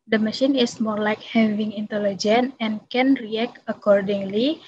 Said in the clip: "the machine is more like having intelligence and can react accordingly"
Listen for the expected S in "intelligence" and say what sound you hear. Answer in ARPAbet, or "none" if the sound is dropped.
none